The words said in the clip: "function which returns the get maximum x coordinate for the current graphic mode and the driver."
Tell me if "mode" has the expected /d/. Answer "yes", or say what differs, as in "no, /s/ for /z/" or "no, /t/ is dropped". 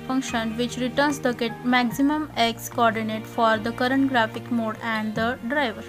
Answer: yes